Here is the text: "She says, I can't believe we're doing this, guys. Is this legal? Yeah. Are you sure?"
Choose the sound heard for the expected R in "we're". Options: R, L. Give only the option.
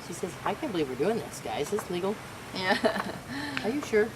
R